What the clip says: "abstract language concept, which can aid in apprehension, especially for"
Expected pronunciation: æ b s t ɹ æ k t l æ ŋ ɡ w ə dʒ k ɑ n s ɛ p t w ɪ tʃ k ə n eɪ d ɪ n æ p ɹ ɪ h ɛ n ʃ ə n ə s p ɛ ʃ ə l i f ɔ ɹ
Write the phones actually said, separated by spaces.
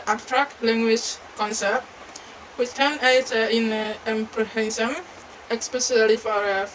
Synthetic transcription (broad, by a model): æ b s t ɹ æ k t l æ ŋ ɡ w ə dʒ k ɑ n s ɛ p t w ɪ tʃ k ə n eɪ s ɪ n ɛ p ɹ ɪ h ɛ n s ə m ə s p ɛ s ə l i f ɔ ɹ